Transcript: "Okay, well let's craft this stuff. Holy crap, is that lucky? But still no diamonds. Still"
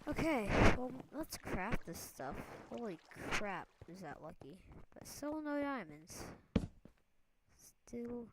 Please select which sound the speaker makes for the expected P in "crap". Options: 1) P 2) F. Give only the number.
1